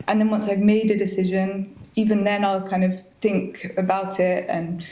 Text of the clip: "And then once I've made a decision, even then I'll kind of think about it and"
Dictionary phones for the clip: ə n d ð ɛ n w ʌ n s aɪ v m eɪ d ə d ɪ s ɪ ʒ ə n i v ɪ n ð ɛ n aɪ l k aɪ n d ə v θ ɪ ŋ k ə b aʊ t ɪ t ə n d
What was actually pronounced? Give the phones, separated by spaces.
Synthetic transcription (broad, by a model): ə n ð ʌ n w ʌ n s aɪ v m eɪ d ə d ɪ s ɪ ʒ ə n i v ɪ n ð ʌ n aɪ l k aɪ n d ə v θ ɪ ŋ k ə b aʊ t ɪ t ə n